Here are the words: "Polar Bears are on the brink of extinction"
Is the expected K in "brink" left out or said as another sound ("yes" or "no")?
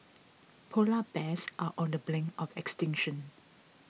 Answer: yes